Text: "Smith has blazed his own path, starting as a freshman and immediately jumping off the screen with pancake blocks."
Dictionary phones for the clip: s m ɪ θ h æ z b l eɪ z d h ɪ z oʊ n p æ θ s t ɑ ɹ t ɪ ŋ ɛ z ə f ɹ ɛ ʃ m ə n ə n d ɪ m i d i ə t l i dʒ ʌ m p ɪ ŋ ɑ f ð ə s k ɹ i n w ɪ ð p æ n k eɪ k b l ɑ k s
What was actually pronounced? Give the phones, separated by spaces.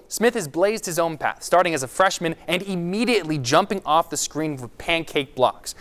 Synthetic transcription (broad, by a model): s m ɪ θ h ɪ z b l eɪ z d h ɪ z oʊ n p æ θ s t ɑ ɹ t ɪ ŋ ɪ z ə f ɹ ɛ ʃ m ə n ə n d ɪ m i d i ə t l i dʒ ʌ m p ɪ ŋ ɑ f ð ə s k ɹ i n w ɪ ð p æ n k eɪ k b l ɑ k s